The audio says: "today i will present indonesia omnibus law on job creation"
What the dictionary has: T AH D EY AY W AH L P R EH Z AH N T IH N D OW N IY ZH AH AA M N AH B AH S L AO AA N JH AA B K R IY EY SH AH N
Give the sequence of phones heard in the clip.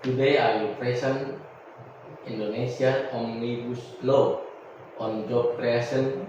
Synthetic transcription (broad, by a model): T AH D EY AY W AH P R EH S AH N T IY N D OW N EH S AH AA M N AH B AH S L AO AA N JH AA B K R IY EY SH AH N